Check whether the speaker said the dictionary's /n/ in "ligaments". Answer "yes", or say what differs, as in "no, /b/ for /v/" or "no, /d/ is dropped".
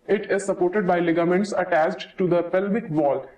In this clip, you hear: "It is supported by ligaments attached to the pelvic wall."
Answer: yes